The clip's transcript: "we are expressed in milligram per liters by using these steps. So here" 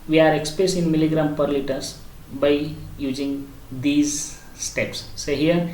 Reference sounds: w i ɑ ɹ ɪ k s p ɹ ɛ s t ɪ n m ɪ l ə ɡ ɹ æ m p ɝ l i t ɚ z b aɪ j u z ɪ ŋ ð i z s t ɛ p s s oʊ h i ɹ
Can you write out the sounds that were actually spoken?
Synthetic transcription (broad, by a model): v i ɑ ɹ ɪ k s p ɹ ɛ s t ɪ n m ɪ l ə ɡ ɹ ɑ m p ɝ l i t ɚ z b aɪ j u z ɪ ŋ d i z s t ɛ p s s oʊ h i ɹ